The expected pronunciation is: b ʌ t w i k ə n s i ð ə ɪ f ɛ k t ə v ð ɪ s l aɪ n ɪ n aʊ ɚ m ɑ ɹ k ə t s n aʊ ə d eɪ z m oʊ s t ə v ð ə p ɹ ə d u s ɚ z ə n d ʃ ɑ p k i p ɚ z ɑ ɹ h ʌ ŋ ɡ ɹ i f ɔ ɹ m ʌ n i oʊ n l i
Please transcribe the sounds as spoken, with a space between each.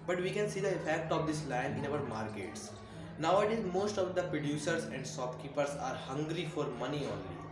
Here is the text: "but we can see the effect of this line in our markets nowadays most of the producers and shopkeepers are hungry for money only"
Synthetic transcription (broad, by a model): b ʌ t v i k ə n s i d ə ɪ f ɛ k t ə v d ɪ s l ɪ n ɪ n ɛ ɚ m ɑ ɹ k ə t s n aʊ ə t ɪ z m oʊ s t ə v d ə p ɹ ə d u s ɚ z ə n d s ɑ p k i p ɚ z ɑ ɹ h ʌ ŋ ɡ ɹ i f ɔ ɹ m ʌ n i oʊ n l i